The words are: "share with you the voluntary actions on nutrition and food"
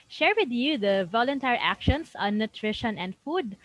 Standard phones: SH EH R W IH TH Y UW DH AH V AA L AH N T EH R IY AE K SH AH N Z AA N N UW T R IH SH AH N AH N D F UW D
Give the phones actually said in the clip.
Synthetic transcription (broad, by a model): SH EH R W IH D Y UW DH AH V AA L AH N T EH R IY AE K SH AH N S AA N N UW T R IH SH AH N AH N D F UW D